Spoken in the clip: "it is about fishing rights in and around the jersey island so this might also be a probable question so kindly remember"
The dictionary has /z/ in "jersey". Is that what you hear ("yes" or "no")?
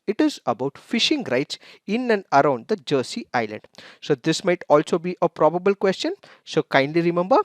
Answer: no